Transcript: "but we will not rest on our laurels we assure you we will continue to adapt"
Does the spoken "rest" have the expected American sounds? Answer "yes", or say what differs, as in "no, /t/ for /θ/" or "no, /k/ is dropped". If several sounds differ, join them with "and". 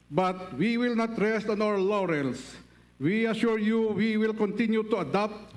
yes